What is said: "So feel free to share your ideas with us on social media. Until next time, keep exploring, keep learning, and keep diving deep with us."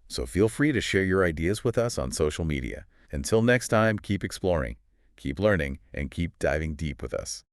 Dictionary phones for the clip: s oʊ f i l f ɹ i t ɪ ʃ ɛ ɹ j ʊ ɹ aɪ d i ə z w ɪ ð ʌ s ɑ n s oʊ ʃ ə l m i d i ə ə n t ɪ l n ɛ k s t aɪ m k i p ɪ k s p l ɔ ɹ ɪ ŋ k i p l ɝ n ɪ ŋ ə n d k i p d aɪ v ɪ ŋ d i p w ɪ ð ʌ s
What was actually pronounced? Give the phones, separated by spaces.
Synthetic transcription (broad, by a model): s oʊ f i l f ɹ i t ɪ ʃ ɛ ɹ j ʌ ɹ aɪ d i ə z w ɪ ð ʌ s n s oʊ ʃ l m i d i ə ə n t ɪ l n ɛ k s t aɪ m k i p ɪ k s p l ɔ ɹ ɪ ŋ k i p l ɝ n ɪ ŋ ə n k i p d aɪ v ɪ ŋ d i p w ɪ ð ʌ s